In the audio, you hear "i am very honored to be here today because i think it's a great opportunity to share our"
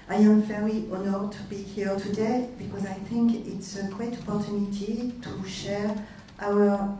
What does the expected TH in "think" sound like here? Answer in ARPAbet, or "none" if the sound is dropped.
TH